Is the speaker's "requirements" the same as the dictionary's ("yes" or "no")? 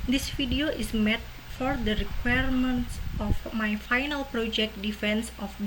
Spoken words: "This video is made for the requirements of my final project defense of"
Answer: yes